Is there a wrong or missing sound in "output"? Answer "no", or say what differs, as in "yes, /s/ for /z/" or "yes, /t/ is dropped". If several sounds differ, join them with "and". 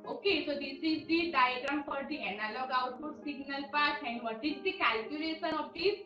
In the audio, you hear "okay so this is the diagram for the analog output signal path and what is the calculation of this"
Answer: yes, /p/ is dropped